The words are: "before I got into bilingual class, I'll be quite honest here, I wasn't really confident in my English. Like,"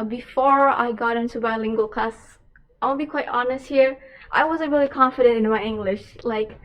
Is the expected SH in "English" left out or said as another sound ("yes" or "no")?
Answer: no